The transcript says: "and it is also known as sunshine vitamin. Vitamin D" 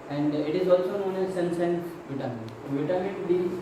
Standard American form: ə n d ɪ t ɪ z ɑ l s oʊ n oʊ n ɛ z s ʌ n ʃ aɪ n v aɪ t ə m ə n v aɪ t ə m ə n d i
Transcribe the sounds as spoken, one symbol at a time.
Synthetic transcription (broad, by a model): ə n d ɪ t ɪ z ɑ l s oʊ n oʊ n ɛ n s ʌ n s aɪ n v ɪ t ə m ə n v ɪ t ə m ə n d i